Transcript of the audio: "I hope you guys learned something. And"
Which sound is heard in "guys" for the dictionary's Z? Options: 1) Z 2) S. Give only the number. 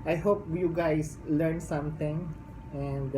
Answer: 2